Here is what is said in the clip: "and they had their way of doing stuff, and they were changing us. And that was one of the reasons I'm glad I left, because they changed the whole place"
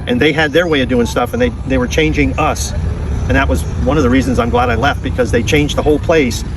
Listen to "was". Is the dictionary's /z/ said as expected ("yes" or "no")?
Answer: yes